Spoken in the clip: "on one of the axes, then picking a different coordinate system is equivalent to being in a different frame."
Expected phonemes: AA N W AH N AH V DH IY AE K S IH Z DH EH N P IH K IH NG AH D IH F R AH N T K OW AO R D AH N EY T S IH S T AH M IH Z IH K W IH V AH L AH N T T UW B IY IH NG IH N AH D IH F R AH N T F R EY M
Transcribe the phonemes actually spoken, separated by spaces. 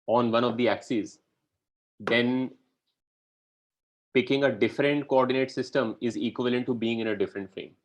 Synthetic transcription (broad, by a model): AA N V AH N AH V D IY AE K S IH Z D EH N P IH K IH NG AH D IH F R AH N T K OW AO R D AH N EY T S IH S T AH M IH Z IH K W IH V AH L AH N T T UW B IY IH NG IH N AH D IH F R AH N T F R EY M